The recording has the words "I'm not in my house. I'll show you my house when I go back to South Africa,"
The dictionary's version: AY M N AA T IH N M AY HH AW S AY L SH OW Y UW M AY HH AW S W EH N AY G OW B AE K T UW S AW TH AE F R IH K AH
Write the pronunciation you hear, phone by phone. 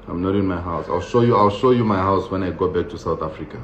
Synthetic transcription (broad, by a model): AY M N AA T IH N M AY HH AW S AY L SH OW Y UW M AY HH AW S W EH N AY G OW B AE K T UW S AW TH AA F R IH K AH